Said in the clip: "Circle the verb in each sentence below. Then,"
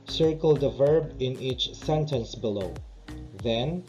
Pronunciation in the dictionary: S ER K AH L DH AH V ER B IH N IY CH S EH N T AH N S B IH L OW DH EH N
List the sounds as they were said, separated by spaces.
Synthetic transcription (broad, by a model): S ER K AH L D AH V ER B IH N IY CH S EH N T AH N S B IH L OW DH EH N